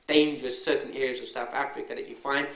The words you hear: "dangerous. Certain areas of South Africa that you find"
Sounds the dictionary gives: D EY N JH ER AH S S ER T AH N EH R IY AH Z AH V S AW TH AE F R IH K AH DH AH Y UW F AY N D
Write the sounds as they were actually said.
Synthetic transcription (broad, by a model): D EY N JH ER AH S S ER T N EH R IY AH Z AH V S AW TH AE F R IH K AH DH AH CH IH F AY N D